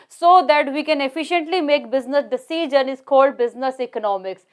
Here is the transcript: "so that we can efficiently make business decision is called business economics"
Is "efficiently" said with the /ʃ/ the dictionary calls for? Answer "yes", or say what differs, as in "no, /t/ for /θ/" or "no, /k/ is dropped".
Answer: yes